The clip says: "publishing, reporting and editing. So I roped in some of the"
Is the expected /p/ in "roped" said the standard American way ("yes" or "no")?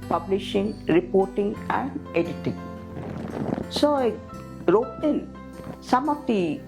no